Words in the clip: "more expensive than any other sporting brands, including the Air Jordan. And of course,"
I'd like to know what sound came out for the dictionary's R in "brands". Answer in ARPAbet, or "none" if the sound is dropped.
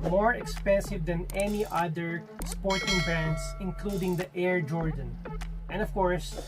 none